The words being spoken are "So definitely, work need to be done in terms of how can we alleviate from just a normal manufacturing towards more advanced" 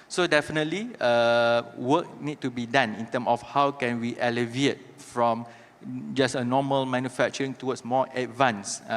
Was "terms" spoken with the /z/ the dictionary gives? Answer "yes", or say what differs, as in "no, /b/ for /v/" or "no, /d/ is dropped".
no, /z/ is dropped